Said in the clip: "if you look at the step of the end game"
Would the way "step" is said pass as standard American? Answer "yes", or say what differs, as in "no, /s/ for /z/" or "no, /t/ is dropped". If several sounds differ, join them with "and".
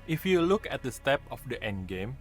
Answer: yes